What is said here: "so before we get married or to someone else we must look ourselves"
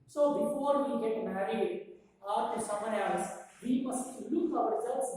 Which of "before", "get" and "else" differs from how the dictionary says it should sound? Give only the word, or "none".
else